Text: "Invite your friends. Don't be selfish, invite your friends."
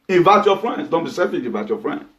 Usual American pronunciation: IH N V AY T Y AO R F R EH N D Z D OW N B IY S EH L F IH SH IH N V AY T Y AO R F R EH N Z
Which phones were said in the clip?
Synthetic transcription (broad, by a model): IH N V AY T Y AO F R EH N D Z D OW N B IY S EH F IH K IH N V AY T Y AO F R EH N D